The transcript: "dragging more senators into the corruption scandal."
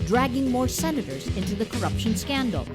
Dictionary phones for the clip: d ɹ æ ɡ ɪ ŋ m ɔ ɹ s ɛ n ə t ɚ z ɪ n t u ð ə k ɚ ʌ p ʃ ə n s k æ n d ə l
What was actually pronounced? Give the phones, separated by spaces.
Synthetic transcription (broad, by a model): d ɹ æ ɡ ɪ ŋ m ɔ ɹ s ɛ n ə t ɚ z ɪ n t u ð ə k ɚ ʌ p ʃ ə n s k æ n d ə l